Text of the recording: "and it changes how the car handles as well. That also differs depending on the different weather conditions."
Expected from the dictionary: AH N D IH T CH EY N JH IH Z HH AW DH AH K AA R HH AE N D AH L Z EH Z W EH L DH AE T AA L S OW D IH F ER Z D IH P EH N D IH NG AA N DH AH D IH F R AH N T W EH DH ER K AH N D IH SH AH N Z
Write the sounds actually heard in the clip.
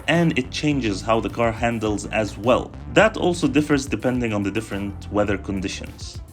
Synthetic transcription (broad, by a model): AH N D IH T CH EY N JH IH Z HH AW DH AH K AA R HH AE N D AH L Z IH Z W EH L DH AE T AA L S OW D IH F ER Z D IH P EH N D IH NG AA N DH AH D IH F R AH N T W EH DH ER K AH N D IH SH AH N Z